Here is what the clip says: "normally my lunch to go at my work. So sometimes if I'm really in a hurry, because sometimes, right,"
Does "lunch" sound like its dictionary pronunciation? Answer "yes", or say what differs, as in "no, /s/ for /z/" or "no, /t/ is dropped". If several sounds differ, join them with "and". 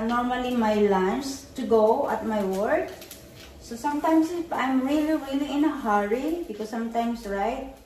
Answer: no, /s/ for /tʃ/